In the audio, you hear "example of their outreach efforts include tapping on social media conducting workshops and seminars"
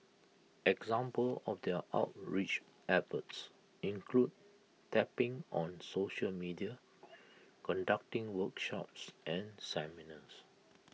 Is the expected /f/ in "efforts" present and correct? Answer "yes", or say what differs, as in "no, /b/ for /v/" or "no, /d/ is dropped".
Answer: no, /p/ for /f/